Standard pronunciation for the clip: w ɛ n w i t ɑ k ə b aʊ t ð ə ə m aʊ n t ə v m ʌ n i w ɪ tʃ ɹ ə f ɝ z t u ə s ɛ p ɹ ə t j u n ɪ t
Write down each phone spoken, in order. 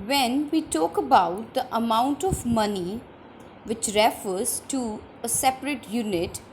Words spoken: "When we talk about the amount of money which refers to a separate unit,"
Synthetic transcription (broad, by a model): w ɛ n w i t ɑ k ə b aʊ t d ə ə m aʊ n t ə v m ʌ n i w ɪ tʃ ɹ ə f ɝ z t u ə s ɛ p ɹ ə t j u n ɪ t